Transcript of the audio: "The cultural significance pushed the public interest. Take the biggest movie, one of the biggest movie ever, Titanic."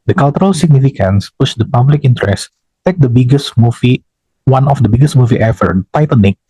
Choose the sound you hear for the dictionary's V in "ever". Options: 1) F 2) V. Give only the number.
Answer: 1